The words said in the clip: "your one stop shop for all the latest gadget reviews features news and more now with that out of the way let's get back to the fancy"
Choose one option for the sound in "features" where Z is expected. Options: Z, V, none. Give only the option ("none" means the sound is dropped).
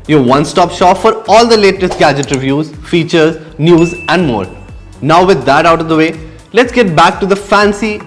Z